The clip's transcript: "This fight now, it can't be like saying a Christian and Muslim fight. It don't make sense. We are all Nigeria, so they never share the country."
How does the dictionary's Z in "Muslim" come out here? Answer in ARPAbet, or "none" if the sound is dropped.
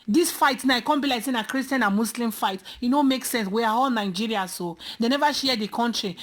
S